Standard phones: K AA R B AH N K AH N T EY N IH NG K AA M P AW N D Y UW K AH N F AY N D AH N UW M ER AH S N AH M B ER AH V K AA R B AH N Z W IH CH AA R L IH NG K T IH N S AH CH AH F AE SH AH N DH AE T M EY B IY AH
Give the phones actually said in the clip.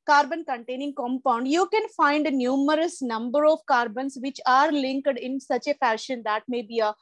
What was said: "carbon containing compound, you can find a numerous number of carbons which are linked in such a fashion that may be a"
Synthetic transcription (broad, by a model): K AA R B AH N K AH N T EY N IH NG K AA M P AW N D Y UW K AH N F AY N D AH N UW M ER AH S N AH M B ER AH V K AA R B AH N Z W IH CH AA R L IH NG K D IH N S AH CH AH F AE SH AH N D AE T M EY B IY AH